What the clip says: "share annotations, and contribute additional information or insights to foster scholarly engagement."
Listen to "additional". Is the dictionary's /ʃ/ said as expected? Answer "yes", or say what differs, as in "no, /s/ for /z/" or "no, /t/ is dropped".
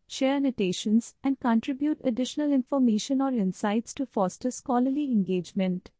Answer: yes